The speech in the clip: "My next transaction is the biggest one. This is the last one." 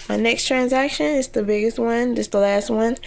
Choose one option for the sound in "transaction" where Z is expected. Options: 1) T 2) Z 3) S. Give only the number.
2